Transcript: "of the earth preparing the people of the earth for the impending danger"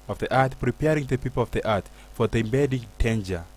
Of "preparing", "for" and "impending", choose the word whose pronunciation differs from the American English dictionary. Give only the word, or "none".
impending